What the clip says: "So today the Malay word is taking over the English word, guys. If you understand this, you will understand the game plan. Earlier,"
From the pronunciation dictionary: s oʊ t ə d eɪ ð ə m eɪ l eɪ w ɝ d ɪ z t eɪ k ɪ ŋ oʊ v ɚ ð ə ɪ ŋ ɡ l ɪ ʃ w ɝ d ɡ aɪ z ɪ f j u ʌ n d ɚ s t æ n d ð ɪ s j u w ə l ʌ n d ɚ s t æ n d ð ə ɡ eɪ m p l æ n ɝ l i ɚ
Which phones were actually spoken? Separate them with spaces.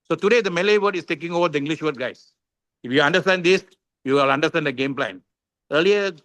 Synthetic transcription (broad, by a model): s oʊ t ə d eɪ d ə m eɪ l eɪ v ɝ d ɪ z t eɪ k ɪ ŋ oʊ v ɚ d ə ɪ ŋ ɡ l ɪ ʃ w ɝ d ɡ aɪ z ɪ f j u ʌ n d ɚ s t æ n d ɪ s j u l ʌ n d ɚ s t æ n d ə ɡ eɪ m p l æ n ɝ l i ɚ